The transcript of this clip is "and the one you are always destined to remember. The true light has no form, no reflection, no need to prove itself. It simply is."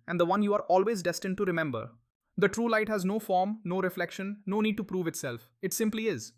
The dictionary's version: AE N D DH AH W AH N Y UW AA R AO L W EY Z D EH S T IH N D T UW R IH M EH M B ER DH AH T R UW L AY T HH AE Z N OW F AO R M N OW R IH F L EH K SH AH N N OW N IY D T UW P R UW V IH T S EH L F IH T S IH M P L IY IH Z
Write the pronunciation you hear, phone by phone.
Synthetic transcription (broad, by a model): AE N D AH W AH N Y UW AA R AO L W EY Z D EH S T IH N D T UW R IH M EH M B ER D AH T R UW L AY T HH AE Z N OW F AO R M N OW R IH F L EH K SH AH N N OW N IY D T UW P R UW V IH T S EH L F IH T S IH M P L IY IH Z